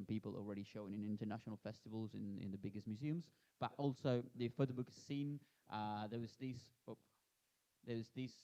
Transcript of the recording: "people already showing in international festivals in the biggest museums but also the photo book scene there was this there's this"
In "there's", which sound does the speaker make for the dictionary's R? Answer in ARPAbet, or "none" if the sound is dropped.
W